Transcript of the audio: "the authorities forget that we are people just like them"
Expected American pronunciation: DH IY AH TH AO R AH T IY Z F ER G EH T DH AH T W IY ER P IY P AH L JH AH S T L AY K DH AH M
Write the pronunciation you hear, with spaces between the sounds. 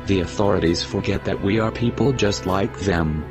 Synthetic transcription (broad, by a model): DH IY AH TH AO R AH T IY Z F ER G EH T DH AH T W IY ER P IY P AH L JH AH S T L AY K DH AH M